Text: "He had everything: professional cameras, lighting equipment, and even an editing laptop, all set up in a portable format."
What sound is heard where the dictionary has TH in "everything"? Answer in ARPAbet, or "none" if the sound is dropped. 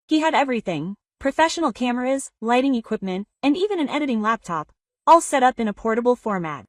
TH